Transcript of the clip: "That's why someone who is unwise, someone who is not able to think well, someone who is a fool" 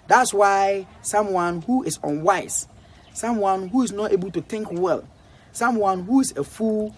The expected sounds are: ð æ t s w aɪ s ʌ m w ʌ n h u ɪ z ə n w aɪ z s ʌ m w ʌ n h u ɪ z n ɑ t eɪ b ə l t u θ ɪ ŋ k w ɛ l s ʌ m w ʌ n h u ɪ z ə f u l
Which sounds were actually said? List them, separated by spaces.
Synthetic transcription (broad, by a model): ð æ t s w aɪ s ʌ m w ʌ n h u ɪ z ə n w aɪ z s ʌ m w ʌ n h u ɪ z n ɑ t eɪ b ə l t u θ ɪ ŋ k w ɛ l s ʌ m w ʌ n h u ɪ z ə f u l